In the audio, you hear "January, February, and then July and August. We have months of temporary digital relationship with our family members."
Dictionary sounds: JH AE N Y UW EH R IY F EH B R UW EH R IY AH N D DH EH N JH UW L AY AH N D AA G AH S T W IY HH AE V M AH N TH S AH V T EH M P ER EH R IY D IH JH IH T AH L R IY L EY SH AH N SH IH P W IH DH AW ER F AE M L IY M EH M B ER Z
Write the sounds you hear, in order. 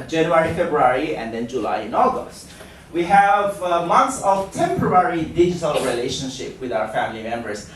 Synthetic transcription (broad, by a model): JH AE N Y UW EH R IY F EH B R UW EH R IY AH N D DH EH N JH UW L AY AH N AA G AH S T W IY HH AE V M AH N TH S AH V T EH M P ER EH R IY D IH JH IH T AH L R IY L EY SH AH N SH IH P W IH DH AW ER F AE M L IY M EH M B ER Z